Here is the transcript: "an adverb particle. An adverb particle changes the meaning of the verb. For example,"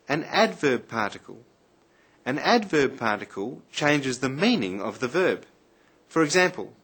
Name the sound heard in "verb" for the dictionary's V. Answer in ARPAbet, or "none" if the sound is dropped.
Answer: V